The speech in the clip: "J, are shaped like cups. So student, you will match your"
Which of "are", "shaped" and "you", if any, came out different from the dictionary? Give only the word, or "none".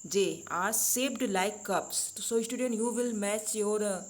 shaped